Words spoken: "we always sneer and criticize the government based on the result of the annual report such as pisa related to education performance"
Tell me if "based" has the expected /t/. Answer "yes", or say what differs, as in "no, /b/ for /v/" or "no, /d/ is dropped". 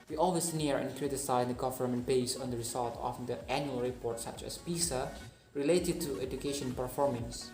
no, /t/ is dropped